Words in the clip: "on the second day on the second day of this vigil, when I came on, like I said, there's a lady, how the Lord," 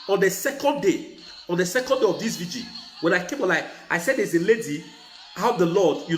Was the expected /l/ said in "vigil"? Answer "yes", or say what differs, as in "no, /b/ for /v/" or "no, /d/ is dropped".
no, /n/ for /l/